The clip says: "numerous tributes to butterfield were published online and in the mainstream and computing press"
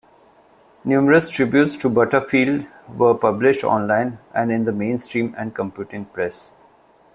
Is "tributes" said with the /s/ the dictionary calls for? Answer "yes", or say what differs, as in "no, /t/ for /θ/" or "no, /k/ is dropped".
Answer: yes